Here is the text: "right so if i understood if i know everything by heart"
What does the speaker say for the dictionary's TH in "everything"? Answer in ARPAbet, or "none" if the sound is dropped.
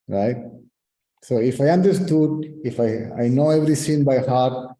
S